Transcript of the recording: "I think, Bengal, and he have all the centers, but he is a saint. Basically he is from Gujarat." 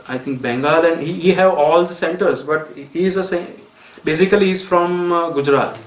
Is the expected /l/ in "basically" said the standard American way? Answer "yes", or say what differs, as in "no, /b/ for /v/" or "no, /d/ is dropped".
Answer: no, /l/ is dropped